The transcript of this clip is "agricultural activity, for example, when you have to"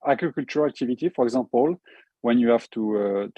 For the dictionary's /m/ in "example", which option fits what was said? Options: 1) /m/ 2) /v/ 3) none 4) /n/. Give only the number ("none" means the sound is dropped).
3